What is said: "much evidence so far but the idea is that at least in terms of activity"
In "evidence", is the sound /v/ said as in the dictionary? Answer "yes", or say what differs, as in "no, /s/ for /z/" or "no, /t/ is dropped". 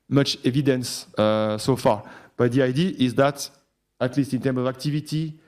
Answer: yes